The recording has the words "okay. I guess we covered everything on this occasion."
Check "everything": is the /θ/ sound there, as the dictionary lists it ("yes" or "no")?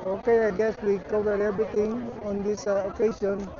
no